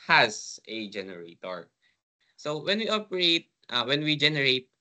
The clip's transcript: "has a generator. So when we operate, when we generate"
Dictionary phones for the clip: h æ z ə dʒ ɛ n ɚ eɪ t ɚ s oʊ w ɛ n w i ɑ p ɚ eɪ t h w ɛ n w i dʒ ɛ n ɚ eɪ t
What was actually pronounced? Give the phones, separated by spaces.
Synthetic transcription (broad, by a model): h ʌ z ə dʒ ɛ n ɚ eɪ t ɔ s oʊ w ɛ n w i ɑ p ɚ eɪ t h w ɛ n w i dʒ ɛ n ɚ eɪ t